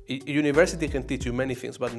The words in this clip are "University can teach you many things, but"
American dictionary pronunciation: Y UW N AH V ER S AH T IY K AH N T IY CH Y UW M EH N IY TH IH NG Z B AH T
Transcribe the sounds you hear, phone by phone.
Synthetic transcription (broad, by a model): Y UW N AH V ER S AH T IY K AH N T IY CH Y UW M EH N IY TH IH NG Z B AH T